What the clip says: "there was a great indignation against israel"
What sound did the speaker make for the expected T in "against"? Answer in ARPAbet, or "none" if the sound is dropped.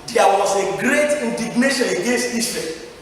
T